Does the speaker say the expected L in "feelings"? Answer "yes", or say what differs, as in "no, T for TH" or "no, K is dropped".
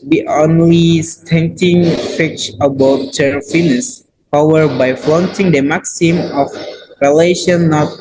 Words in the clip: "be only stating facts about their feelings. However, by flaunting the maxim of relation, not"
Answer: no, N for L